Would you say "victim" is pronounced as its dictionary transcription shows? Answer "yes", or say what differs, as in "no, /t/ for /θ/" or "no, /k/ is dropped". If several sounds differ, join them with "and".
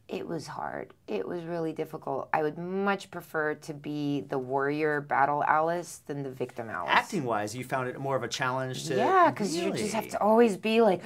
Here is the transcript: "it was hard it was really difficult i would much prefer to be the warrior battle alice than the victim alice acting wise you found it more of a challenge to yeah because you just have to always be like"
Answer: yes